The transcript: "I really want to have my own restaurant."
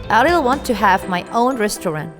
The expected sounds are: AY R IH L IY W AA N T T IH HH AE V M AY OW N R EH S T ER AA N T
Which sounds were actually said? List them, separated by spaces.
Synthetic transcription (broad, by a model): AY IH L W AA N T T IH HH AE V M AY OW N R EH S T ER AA N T